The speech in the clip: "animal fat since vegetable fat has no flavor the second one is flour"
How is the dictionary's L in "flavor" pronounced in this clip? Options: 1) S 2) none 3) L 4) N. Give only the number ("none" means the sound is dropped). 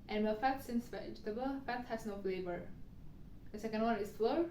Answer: 3